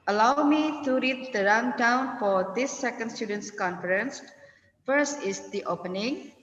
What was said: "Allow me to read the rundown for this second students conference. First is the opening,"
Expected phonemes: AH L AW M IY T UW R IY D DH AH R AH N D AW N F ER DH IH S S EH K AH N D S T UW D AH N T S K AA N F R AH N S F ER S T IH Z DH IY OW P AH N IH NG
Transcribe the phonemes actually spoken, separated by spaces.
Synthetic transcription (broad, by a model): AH L AW M IY T UW R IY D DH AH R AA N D AW N F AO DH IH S S EH K AH N D S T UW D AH N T S K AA N F R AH N S F ER S T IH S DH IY OW P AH N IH NG